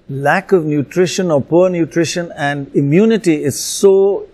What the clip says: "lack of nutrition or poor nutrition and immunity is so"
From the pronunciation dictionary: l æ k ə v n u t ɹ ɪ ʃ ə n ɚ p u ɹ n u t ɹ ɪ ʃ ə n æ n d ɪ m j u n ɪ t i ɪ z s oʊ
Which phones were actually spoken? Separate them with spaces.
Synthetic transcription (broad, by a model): l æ k ə v n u t ɹ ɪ ʃ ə n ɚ p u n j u t ɹ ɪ ʃ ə n æ n d ɪ m j u n ɪ t i ɪ z s oʊ